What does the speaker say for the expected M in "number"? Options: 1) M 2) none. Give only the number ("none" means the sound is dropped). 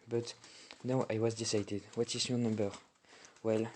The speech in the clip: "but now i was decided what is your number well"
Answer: 1